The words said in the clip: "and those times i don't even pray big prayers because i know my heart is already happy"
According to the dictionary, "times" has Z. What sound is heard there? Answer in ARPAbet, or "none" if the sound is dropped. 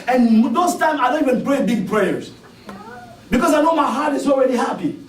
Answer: none